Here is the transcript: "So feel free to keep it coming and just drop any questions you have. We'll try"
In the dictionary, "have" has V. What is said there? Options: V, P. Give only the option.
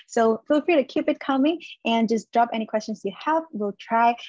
P